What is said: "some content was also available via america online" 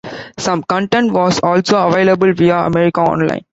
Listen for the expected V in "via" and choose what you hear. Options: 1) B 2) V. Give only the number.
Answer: 2